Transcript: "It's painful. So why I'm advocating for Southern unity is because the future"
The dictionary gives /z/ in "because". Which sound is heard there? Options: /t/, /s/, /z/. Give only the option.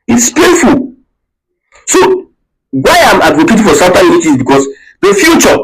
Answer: /s/